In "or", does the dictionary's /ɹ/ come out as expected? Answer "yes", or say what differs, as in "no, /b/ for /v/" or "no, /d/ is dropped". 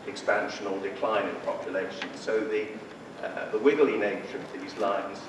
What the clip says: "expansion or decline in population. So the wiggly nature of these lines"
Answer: no, /l/ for /ɹ/